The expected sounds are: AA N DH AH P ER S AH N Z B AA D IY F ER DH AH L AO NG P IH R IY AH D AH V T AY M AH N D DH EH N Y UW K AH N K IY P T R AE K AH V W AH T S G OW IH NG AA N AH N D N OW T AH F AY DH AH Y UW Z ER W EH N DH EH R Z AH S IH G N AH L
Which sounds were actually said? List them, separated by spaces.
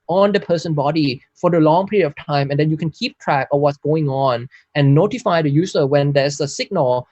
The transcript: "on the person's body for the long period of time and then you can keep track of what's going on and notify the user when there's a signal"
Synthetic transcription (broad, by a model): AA N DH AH P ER S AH N B AA D IY F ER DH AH L AO NG P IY R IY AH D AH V T AY M AH N D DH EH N Y UW K AH N K IY P T R AE K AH W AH T S G OW IH NG AA N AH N N OW T AH F AY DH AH Y UW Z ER W EH N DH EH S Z AH S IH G N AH L